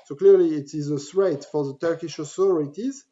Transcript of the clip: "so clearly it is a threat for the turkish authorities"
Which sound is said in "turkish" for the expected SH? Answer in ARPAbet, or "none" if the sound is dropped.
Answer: SH